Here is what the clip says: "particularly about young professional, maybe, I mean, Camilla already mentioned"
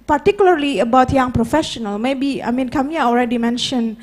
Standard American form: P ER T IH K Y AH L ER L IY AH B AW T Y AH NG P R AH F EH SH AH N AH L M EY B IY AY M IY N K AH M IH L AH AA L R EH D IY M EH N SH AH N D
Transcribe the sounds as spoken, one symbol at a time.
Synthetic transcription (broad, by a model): P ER T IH K Y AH L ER L IY AH B AW T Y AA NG P R AH F EH SH AH N AH L M EY B IY AY M IY N K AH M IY AH AA L R EH D IY M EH N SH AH N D